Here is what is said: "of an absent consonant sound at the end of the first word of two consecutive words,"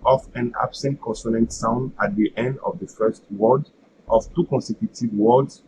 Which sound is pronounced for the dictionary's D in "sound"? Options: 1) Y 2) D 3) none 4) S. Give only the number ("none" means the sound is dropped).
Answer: 2